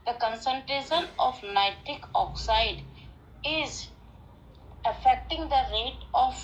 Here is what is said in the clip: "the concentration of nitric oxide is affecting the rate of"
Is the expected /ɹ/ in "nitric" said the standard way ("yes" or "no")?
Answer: no